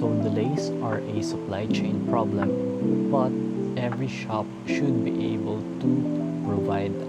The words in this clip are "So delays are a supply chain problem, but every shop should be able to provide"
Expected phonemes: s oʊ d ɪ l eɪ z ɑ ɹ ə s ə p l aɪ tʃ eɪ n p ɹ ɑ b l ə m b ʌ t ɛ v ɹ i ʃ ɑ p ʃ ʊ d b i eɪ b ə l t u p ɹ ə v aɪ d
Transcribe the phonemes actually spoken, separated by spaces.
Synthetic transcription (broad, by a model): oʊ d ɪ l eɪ s ɑ ɹ ə s ə p l aɪ tʃ eɪ n p ɹ ɑ b l ə m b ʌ t ɛ v ɹ i ʃ ɑ p ʃ ʊ d b i eɪ b ə l t u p ɹ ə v aɪ d